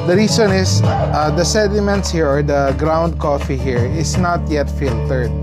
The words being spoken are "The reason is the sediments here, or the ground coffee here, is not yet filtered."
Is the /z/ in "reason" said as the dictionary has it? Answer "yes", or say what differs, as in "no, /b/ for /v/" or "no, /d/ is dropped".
no, /s/ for /z/